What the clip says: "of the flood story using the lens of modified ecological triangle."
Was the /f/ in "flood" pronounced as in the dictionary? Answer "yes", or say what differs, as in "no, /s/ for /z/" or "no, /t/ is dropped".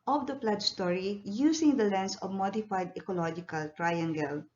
no, /p/ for /f/